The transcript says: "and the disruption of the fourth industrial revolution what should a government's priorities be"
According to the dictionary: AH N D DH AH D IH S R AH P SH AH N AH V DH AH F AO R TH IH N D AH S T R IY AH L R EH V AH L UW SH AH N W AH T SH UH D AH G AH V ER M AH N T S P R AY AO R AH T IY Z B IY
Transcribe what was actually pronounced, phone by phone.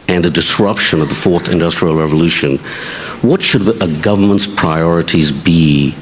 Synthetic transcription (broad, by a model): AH N DH AH D IH S R AH P SH AH N AH V DH AH F AO R TH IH N D AH S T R IY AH L R EH V AH L UW SH AH N W AH T SH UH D AH G AH V ER M AH N T S P R AY AO R AH T IY Z B IY